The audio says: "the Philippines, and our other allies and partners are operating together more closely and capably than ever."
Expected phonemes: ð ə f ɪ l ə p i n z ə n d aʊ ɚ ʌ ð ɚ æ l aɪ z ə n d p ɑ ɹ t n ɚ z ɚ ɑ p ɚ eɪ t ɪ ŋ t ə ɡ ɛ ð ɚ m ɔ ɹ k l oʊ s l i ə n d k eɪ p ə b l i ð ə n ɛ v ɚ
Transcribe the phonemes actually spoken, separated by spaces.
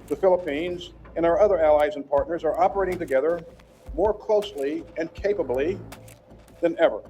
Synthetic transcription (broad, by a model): ð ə f ɪ l ə p i n z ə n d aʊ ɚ ʌ ð ɚ æ l aɪ z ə n p ɑ ɹ t n ɚ z ɚ ɑ p ɚ eɪ t ɪ ŋ t ə ɡ ɛ ð ɚ m ɔ ɹ k l oʊ s l i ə n k eɪ p ə b l i ð ə n ɛ v ɚ